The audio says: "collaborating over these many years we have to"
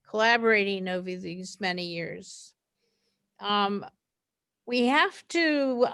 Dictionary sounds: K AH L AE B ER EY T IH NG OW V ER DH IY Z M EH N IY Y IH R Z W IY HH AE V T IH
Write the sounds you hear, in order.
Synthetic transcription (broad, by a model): K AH L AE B ER EY T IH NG OW V ER DH IY Z M EH N IY Y IH R Z W IY HH AE F T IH